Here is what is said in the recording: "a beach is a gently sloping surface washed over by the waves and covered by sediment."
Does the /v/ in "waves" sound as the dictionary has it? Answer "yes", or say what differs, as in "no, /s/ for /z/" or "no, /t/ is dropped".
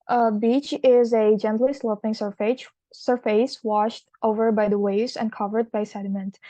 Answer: no, /v/ is dropped